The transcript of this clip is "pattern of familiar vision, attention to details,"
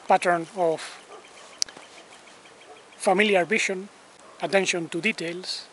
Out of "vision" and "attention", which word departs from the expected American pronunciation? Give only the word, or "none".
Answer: vision